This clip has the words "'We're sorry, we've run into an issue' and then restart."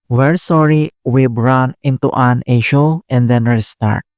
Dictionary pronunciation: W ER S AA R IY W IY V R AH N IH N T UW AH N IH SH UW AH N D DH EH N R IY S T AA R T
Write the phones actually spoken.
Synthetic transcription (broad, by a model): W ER S AA R IY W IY B R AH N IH N T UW AH N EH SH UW AH N D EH N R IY S T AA R T